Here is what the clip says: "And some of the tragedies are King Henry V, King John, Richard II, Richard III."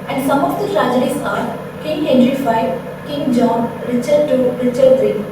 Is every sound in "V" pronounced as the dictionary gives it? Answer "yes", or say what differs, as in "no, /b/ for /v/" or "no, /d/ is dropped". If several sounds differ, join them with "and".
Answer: no, /f/ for /v/